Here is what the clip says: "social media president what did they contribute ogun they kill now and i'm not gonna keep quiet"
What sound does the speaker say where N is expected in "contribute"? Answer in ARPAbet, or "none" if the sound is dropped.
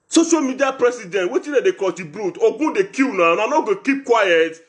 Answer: none